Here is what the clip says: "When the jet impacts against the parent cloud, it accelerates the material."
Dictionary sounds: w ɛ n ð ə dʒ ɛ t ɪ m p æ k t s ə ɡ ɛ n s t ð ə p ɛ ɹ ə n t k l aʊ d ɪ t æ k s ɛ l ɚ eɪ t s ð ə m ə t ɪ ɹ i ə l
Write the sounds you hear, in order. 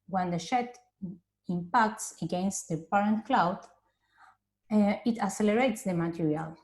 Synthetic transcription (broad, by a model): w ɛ n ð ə ʃ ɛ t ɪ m p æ k t s ə ɡ ɛ n s t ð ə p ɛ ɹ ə n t k l aʊ d ɪ t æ s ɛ l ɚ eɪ t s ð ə m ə t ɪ ɹ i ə l